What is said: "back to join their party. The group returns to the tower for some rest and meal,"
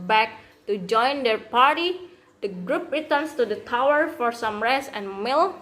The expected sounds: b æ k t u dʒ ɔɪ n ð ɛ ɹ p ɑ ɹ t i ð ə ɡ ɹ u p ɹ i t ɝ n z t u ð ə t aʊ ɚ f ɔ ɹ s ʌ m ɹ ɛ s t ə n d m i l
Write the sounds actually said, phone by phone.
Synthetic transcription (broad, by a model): b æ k t u dʒ ɔɪ n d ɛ ɹ p ɑ ɹ t i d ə ɡ ɹ u p ɹ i t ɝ n s t u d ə t aʊ ɚ f ɔ ɹ s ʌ m ɹ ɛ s ə n m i l